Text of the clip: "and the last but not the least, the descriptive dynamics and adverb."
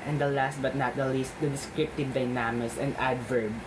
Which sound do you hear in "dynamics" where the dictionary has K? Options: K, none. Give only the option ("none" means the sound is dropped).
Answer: none